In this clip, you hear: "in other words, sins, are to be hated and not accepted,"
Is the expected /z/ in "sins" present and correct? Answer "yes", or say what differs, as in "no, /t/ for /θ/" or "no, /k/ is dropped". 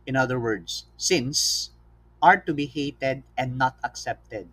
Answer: no, /s/ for /z/